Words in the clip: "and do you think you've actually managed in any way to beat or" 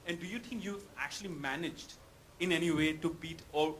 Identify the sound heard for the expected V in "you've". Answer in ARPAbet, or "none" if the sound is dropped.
none